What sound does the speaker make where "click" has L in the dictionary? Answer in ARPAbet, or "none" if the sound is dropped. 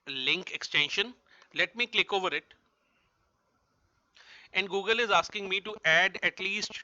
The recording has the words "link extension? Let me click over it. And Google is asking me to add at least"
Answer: L